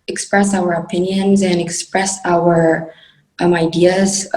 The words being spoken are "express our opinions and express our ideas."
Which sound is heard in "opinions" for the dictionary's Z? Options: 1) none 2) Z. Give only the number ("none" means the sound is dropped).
2